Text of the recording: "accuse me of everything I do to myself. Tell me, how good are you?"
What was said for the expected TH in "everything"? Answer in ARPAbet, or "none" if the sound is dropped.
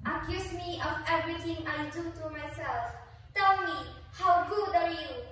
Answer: T